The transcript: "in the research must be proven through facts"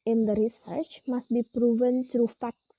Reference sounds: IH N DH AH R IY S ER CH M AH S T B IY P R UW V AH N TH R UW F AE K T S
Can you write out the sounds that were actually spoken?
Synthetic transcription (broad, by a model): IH N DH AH R IY S ER CH M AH S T B IY P R UW V AH N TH R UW F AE K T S